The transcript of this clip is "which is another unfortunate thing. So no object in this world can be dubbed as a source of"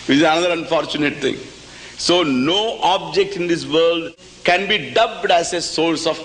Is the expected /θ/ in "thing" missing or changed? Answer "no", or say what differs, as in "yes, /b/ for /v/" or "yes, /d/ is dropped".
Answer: yes, /t/ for /θ/